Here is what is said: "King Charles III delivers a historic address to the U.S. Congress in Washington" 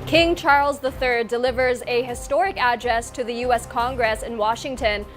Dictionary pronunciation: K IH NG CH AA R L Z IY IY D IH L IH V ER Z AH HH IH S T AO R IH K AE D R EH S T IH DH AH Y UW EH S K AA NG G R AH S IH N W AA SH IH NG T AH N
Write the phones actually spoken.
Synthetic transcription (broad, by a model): K IH NG CH AA R L Z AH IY D IH L IH V ER Z AH HH IH S T AO R IH K AE D R EH S T IH DH AH Y UW EH S K AA NG G R AH S IH N W AA SH IH NG T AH N